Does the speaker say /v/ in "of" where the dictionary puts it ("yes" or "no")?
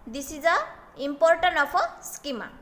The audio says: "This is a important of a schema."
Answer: no